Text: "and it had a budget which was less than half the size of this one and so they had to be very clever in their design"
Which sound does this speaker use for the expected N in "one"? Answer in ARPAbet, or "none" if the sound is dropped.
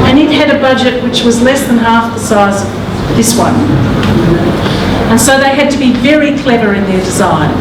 N